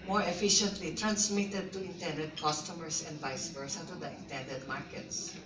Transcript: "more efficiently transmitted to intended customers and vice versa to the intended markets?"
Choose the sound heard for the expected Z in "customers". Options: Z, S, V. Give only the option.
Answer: S